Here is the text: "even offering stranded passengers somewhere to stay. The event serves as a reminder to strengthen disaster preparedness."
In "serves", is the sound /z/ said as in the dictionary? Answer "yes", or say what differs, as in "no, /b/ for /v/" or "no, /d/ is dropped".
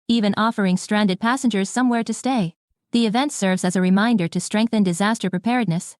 yes